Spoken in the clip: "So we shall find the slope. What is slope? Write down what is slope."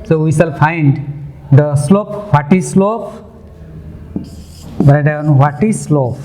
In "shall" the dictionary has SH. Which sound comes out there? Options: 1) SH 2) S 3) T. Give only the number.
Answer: 2